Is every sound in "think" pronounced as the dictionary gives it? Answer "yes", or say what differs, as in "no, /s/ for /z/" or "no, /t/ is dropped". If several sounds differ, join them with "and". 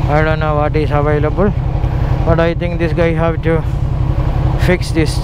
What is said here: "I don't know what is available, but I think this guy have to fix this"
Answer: no, /t/ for /θ/